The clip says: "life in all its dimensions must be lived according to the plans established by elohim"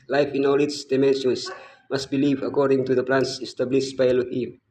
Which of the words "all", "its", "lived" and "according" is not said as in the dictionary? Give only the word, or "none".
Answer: lived